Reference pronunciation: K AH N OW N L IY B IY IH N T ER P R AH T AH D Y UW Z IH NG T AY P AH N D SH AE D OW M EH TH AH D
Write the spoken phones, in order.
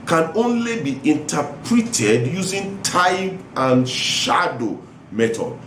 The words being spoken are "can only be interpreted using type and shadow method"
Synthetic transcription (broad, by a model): K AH N OW N L IY B IY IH N T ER P R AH T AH D Y UW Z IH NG T AY B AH N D SH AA D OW M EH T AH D